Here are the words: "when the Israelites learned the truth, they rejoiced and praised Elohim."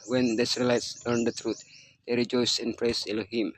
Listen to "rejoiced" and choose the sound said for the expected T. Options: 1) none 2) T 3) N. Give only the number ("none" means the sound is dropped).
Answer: 1